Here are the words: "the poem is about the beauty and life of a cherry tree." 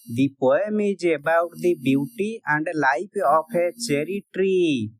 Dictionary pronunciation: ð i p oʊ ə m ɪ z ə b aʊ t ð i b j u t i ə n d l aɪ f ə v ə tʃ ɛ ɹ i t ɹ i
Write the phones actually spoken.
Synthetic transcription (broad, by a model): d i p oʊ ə m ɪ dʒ ə b aʊ t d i b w t i ə n d l aɪ p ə p ə tʃ ɛ ɹ i t ɹ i